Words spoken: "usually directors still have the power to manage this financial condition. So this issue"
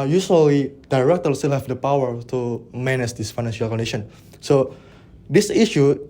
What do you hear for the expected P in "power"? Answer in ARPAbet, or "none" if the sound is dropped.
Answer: P